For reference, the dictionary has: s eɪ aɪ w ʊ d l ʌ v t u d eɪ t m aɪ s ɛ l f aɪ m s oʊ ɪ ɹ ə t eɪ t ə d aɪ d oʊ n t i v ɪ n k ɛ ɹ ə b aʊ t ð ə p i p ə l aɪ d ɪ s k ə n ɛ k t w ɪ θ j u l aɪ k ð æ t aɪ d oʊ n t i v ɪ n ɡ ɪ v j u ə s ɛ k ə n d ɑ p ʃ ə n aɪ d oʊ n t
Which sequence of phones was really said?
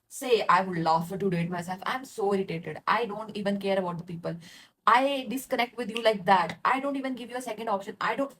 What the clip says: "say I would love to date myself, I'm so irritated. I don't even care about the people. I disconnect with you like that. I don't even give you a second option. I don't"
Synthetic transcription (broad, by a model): s eɪ aɪ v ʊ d l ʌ f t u d eɪ t m aɪ s ɛ l f aɪ m s oʊ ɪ ɹ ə t eɪ t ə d aɪ d oʊ n t i v ɪ n k ɛ ɹ ə b aʊ t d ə p i p ə l aɪ d ɪ s k ə n ɛ k t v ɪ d j u l aɪ k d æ t aɪ d oʊ n t i v ɪ n ɡ ɪ v j u ə s ɛ k ə n d ɑ p ʃ ə n aɪ d oʊ n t